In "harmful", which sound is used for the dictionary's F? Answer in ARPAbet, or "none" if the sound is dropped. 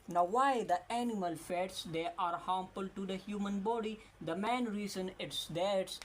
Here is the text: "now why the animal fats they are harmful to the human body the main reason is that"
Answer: P